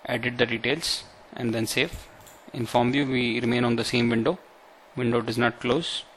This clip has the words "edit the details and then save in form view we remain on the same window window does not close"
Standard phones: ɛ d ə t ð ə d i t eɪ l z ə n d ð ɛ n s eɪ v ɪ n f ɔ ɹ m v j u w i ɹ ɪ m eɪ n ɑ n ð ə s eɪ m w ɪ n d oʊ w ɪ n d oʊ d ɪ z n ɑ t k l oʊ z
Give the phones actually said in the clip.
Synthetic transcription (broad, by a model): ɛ d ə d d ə d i t eɪ l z ə n d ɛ n s eɪ f ɪ n f ɔ ɹ m j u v i ɹ ɪ m eɪ n ɑ n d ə s eɪ m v ɪ n d oʊ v ɪ n d oʊ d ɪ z n ɑ t k l oʊ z